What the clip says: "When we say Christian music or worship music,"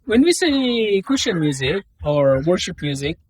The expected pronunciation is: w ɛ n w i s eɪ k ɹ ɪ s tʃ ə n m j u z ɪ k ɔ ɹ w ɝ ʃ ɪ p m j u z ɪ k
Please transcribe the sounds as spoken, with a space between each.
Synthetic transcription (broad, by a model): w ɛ n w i s eɪ k ɪ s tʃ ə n m j u z ɪ k ɔ ɹ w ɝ ʃ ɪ p m j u z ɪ k